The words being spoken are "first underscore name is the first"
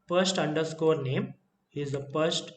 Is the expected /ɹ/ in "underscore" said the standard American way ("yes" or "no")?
yes